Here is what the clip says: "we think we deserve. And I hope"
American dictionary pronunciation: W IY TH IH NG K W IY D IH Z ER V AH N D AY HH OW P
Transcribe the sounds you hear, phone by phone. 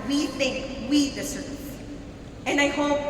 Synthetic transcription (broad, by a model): W IY TH IH NG K W IY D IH S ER AH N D AY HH OW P